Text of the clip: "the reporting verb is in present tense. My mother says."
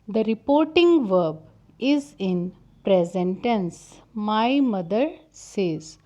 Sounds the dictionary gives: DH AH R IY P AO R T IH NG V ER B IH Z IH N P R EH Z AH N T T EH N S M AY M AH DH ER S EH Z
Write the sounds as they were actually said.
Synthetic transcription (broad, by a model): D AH R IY P AO R T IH NG V ER B IH Z IH N P R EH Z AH N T T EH N S M AY M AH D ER S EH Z